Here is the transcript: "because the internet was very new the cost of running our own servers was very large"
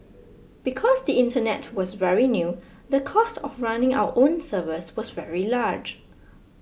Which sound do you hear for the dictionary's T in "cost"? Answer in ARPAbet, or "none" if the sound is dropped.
T